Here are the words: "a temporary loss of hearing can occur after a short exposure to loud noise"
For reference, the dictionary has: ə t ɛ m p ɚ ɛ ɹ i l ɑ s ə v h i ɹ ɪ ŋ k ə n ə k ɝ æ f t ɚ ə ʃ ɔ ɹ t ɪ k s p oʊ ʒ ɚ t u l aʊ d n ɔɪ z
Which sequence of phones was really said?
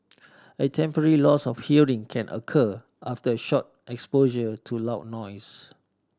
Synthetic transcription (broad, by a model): ə t ɛ m p ɚ ɛ ɹ i l ɑ s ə f h i ɹ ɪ ŋ k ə n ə k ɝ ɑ f t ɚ ə ʃ ɔ t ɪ k s p oʊ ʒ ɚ t u l aʊ n ɔɪ s